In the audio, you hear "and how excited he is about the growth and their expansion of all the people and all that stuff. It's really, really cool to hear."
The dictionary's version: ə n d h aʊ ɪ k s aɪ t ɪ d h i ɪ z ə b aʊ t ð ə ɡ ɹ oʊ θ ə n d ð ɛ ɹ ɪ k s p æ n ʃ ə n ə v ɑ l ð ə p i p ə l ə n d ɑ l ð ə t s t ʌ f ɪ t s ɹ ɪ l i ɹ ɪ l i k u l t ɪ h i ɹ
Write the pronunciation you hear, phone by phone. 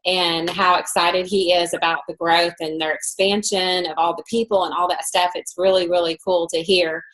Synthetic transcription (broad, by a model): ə n h aʊ ɪ k s aɪ t ɪ d i ɪ z ə b aʊ t ð ə ɡ ɹ oʊ θ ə n ð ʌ ɹ ɪ k s p æ n ʃ ə n ə v ɑ l ð ə p i p l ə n ɑ l ð ə t s t ʌ f ɪ t s ɹ ɪ l i ɹ ɪ l i k u l t ɪ h i ɹ